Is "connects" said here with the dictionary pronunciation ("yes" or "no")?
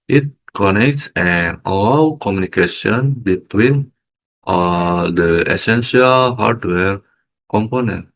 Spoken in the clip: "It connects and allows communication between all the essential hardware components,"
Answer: yes